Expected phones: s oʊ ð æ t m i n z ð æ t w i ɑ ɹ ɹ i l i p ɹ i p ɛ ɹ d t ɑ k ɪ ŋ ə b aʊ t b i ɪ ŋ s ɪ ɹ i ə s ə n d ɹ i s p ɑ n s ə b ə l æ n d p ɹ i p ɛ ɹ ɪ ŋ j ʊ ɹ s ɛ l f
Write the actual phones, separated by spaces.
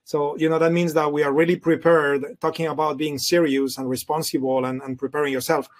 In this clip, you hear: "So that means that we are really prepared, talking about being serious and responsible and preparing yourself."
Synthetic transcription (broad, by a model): s oʊ ð æ t m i n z ð æ t w i ɑ ɹ ɹ i l i p ɹ i p ɛ ɹ d t ɑ k ɪ ŋ ə b aʊ t b i ɪ ŋ s ɪ ɹ i ə s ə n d ɹ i s p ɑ n s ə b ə n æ n p ɹ i p ɛ ɹ ɪ ŋ j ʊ ɹ s ɛ l f